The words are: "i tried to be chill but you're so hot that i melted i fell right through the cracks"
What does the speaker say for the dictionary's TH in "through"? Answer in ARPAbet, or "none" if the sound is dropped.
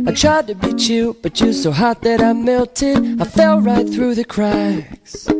TH